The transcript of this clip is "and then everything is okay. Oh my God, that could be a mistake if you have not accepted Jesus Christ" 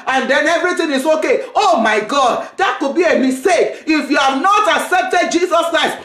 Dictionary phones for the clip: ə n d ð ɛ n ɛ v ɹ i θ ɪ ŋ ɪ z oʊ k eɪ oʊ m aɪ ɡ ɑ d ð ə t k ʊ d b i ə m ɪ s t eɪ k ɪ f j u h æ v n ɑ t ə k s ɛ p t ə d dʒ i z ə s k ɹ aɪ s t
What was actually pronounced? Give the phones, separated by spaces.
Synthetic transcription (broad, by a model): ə n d ɛ n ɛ v ɹ i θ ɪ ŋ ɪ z oʊ k eɪ oʊ m aɪ ɡ ɑ d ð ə t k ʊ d b i ə m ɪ s t eɪ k ɪ f j u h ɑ v n ɑ t ə k s ɛ p t ə d dʒ i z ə s k ɹ aɪ s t